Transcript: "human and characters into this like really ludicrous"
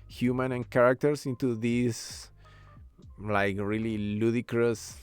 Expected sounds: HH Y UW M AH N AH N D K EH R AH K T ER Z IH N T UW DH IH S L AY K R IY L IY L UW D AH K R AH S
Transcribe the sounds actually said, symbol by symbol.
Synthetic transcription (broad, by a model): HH Y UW M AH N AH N K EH R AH K T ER S IH N T UW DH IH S L AY K R IY L IY L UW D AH K R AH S